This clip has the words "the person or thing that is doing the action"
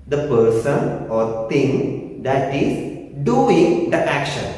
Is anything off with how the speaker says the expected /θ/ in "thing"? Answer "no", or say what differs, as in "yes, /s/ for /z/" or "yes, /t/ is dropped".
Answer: yes, /t/ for /θ/